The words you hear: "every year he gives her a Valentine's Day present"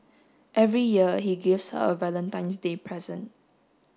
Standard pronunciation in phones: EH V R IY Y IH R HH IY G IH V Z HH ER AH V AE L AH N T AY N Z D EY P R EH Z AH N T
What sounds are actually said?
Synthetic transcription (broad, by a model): EH V R IY Y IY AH HH IY G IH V S HH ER AH V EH L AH N T AY N S D EY P R EH Z AH N T